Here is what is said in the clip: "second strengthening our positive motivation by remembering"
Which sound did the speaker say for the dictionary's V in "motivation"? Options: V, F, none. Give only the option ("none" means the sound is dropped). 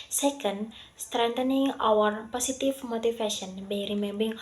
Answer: F